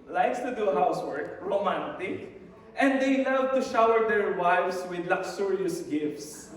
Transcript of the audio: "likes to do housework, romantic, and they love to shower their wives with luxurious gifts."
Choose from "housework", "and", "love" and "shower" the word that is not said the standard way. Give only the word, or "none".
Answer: love